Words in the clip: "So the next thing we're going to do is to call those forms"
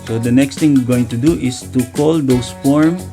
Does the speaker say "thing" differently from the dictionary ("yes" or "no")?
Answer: yes